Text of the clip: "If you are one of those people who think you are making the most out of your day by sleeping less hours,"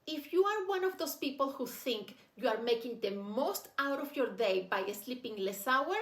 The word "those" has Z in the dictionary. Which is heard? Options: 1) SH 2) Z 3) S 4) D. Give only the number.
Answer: 3